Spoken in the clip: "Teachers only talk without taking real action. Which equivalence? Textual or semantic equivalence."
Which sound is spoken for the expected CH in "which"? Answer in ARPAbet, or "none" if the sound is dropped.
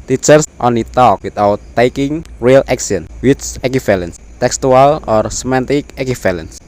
S